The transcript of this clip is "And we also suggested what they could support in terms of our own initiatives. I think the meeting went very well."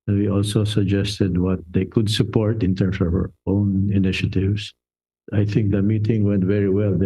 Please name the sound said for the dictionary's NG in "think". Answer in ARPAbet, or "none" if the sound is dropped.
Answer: NG